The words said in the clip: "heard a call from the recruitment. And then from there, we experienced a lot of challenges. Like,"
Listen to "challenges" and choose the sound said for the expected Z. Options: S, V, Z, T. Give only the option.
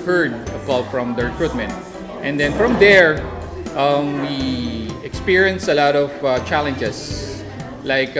S